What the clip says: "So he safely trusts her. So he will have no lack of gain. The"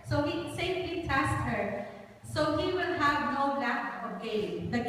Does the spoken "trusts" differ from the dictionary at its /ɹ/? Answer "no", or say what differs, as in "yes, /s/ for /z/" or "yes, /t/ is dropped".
yes, /ɹ/ is dropped